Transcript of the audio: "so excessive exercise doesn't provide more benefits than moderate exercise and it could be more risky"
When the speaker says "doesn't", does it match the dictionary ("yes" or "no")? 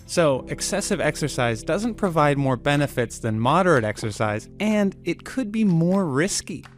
yes